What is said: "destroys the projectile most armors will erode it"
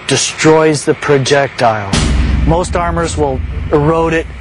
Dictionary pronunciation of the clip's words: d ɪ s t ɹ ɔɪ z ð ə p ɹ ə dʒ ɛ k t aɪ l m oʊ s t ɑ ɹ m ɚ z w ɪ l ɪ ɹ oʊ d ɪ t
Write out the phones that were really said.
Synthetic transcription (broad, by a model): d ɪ s t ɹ ɔɪ z ð ə p ɹ ə dʒ ɛ k t aɪ l m oʊ s t ɑ ɹ m ɚ z w ɪ l ɪ ɹ oʊ d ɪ t